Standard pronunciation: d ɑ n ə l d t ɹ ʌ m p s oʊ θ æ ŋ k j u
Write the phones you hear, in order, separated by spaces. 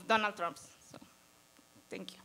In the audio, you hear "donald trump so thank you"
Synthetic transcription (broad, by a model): d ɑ n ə l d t ɹ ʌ m p s oʊ t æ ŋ k j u